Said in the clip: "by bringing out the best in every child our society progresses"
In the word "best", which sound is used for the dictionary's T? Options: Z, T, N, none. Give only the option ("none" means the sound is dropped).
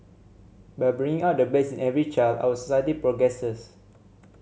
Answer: none